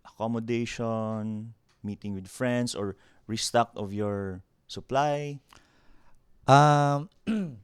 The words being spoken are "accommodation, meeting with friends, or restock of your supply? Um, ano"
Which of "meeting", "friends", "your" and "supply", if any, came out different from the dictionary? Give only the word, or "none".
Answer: friends